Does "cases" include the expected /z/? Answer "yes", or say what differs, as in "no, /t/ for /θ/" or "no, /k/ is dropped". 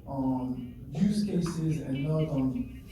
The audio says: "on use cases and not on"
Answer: yes